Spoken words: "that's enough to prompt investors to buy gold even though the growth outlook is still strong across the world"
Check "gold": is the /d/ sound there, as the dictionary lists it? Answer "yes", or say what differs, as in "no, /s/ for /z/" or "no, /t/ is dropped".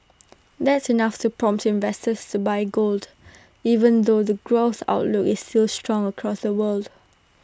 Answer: yes